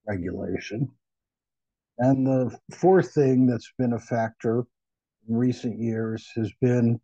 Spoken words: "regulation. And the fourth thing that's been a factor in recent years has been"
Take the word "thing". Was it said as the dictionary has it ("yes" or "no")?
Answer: yes